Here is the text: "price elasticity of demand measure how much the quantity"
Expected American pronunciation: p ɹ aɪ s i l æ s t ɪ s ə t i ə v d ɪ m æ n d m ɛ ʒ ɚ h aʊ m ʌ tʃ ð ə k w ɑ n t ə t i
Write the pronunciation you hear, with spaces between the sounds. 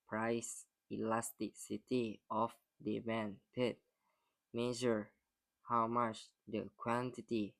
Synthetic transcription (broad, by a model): p ɹ aɪ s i l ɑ s t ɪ s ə t i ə f d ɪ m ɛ n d m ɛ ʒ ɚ h aʊ m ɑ tʃ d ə k w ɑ n t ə t i